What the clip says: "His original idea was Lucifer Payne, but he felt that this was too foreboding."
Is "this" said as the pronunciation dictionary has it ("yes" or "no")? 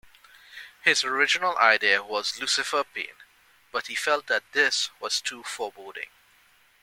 yes